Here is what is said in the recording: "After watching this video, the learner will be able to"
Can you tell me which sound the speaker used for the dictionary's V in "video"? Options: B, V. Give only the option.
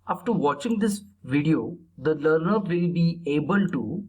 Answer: V